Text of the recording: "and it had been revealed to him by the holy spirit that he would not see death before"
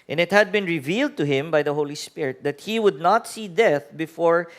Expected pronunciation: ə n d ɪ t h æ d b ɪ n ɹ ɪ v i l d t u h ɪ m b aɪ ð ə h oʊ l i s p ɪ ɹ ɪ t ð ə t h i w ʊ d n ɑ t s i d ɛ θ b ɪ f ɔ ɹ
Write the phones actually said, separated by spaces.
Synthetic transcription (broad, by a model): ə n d ɪ t h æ d b ɪ n ɹ ɪ v i l d t u h ɪ m b aɪ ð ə h oʊ l i s p ɪ ɹ ɪ t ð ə t h i w ʊ d n ɑ t s i d ɛ θ b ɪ f ɔ ɹ